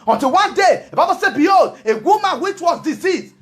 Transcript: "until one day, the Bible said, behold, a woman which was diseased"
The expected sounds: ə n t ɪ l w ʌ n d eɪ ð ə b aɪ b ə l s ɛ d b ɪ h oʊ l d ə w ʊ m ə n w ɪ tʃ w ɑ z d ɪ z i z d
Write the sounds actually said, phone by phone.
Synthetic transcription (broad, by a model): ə n t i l w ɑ n d eɪ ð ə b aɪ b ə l s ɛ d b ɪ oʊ d ə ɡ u m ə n w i tʃ w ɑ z d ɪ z i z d